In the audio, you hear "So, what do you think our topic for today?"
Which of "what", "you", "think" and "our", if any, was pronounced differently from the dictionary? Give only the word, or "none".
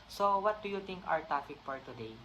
think